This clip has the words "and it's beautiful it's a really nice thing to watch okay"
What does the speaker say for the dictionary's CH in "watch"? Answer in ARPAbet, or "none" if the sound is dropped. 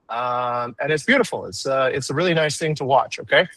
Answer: CH